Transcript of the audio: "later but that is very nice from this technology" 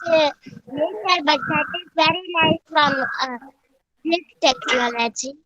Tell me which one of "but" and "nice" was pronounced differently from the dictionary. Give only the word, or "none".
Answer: nice